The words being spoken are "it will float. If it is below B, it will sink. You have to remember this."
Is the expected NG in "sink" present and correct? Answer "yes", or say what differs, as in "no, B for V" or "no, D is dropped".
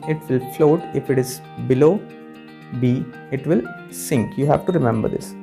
yes